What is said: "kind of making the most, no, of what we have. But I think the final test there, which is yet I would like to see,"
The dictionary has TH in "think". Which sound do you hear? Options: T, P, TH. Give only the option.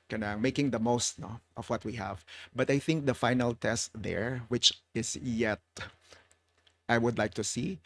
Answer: TH